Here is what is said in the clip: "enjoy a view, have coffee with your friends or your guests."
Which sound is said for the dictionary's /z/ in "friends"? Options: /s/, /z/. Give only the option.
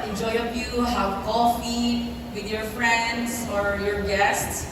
/s/